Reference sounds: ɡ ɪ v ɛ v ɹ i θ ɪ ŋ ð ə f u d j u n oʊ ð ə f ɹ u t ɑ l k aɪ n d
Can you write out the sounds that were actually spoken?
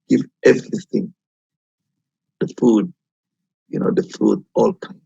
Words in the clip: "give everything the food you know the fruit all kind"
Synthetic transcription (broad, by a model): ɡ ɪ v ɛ v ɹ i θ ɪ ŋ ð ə f u d j u n oʊ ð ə f u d ɑ l k aɪ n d